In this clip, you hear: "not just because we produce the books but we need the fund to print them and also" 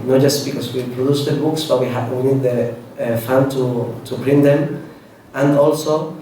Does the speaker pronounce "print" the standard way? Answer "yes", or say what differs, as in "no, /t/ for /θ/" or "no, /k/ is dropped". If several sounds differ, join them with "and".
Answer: no, /b/ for /p/